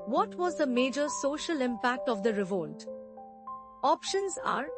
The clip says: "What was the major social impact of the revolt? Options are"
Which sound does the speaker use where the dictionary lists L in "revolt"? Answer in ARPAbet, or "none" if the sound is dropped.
L